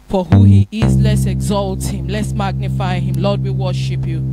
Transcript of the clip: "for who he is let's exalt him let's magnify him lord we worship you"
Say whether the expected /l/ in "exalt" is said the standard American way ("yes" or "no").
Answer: yes